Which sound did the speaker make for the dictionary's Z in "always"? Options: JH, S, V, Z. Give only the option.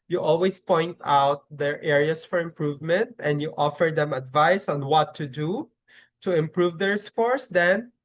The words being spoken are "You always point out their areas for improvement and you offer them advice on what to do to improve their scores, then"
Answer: S